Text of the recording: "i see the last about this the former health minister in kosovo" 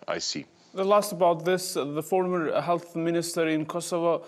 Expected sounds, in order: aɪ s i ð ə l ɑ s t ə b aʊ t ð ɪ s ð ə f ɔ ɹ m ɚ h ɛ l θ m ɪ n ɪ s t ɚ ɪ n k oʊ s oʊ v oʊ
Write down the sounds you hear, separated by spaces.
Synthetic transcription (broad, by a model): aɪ s i ð ə l ɑ s t ə b aʊ t ð ɪ s ð ə f ɔ ɹ m ɚ h ɛ l θ m ɪ n ɪ s t ɚ ɪ n k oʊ s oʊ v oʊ